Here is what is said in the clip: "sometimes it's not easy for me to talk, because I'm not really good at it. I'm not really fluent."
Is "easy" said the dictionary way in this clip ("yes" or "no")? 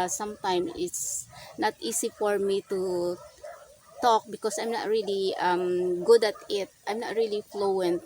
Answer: no